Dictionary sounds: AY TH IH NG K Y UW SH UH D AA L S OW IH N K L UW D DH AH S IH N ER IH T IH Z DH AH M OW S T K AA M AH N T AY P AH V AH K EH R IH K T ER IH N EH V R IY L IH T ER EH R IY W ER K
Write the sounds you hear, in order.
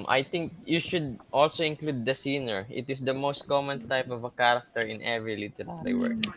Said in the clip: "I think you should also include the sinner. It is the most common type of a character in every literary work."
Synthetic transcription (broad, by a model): AY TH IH NG K Y UW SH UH D AA L S OW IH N K L UW D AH S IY N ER IH T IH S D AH M OW S T K AA M AH N T AY P AH V AH K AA R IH K T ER IH N EH V R IY L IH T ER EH L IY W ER